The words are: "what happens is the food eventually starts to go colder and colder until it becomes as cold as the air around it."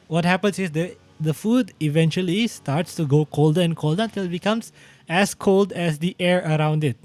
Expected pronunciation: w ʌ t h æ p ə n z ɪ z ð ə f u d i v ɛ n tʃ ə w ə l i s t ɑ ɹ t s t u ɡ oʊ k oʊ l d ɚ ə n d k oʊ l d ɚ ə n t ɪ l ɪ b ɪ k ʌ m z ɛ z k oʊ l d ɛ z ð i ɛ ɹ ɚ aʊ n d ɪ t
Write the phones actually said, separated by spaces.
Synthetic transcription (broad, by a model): w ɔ t h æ p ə n s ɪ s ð ə f u d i v ɛ n tʃ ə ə l i s t ɑ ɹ t s t u ɡ oʊ k oʊ l d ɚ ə n k oʊ l d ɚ ə n t ɪ l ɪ b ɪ k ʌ m s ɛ s k oʊ l d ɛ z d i ɛ ɹ ɚ aʊ n d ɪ t